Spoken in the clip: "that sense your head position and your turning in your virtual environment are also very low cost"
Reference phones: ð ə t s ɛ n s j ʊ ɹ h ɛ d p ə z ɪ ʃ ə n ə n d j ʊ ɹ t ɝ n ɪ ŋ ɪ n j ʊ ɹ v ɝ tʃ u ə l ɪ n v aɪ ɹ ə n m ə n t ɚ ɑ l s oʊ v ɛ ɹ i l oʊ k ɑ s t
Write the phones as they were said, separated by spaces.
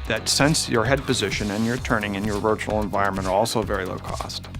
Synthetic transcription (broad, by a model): ð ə t s ɛ n s j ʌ ɹ h ɛ d p ə z ɪ ʃ ə n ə n j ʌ ɹ t ɝ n ɪ ŋ ɪ n j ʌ ɹ v ɝ tʃ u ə l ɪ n v aɪ ɹ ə n m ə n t ɚ ɑ l s oʊ v ɛ ɹ i l oʊ k ɑ s t